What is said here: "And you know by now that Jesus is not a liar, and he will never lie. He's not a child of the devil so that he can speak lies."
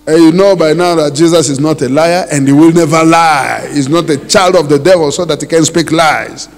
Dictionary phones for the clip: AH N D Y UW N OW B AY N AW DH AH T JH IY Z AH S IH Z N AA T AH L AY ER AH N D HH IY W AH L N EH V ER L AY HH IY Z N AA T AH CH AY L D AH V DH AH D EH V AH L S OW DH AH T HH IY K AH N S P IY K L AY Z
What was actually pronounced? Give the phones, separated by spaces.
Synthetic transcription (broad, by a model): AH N Y UW N OW B AY N AW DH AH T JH IY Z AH S IH Z N AA T AH L AY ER AH N D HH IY W AH L N EH V ER L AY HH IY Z N AA T AH CH AY L D AH V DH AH D EH V AH L S OW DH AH T HH IY K AH N S P IY K L AY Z